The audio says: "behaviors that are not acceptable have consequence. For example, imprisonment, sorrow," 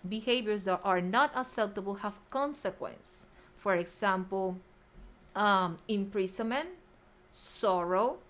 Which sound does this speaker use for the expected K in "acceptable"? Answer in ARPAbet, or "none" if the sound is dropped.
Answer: none